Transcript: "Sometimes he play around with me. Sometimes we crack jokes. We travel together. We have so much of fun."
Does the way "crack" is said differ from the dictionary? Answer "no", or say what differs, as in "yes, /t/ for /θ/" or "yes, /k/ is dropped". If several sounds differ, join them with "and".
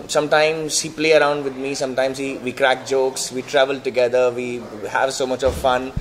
no